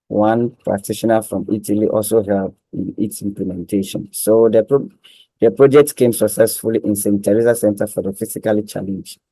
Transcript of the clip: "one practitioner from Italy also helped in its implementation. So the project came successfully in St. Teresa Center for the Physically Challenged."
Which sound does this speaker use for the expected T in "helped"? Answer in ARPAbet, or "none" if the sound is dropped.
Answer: none